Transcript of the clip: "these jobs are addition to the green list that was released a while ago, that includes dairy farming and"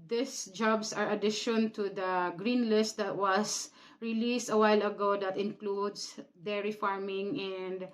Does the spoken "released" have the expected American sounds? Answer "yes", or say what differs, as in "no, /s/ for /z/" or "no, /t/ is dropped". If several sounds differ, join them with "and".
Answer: yes